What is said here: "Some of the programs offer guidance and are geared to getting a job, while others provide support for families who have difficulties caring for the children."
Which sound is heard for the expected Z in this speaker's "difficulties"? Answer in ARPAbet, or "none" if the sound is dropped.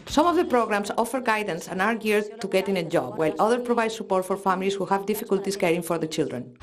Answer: S